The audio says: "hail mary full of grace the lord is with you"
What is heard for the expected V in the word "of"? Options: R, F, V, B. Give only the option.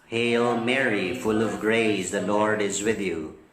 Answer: V